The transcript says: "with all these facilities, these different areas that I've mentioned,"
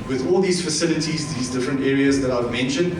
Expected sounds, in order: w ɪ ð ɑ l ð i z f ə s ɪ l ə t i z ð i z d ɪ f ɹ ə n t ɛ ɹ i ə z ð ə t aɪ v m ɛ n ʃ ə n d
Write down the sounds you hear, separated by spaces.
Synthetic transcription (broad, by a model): w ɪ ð ɑ l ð i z f ə s ɪ l ə t i z ð i z d ɪ f ɹ ə n t ɛ ɹ i ə z ð ə t aɪ v m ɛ n ʃ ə n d